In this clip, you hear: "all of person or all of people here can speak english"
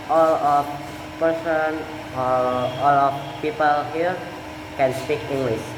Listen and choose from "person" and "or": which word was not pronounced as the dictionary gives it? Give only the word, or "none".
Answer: or